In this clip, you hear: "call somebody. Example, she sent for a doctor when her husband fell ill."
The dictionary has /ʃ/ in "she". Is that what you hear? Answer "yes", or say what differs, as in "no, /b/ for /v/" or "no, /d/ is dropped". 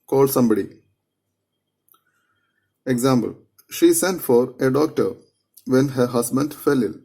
yes